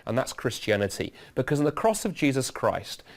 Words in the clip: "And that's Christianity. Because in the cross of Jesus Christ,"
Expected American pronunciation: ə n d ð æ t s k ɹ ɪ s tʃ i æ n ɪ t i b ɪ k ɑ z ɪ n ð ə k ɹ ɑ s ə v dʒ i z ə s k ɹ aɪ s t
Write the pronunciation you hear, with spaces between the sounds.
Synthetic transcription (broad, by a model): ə n ð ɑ t s k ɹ ɪ s tʃ i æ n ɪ t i b ɪ k ɑ z ɪ n ð ə k ɹ ɑ s ə v dʒ i z ə s k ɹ aɪ s t